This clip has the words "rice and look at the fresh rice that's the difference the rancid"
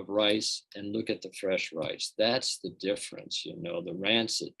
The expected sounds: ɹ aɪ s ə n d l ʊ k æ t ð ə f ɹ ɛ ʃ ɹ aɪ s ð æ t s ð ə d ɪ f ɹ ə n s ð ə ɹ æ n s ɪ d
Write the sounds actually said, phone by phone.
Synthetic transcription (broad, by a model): ɹ aɪ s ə n l ʊ k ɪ t ð ə f ɹ ɛ ʃ ɹ aɪ s ð æ t s ð ə d ɪ f ɹ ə n s ð ə ɹ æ n s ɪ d